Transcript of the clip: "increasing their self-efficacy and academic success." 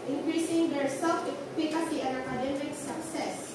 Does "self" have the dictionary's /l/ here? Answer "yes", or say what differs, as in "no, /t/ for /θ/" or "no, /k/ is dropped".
no, /l/ is dropped